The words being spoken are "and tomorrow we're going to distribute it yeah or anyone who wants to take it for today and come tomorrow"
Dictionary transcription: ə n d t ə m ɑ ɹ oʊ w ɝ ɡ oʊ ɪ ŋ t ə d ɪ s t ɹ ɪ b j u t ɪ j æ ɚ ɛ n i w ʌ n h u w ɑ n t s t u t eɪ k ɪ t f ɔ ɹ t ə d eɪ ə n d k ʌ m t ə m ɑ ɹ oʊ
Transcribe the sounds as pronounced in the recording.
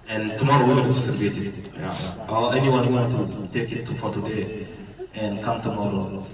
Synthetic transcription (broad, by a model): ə n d t ə m ɑ ɹ oʊ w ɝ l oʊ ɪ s t ə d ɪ t ɪ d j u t ɪ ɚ ɛ n i w ʌ n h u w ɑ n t t u t eɪ k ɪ t f ɔ ɹ t ə d eɪ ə n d k ʌ m t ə m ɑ ɹ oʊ